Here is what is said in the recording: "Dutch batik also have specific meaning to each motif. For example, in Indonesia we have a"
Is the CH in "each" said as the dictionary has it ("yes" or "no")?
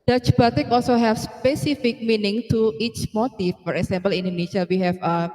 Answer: yes